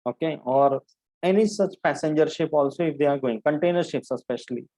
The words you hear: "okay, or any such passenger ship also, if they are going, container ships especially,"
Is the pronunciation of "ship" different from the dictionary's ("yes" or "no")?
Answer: no